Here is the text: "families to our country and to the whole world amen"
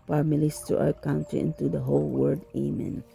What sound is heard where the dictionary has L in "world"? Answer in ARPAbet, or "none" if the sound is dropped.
none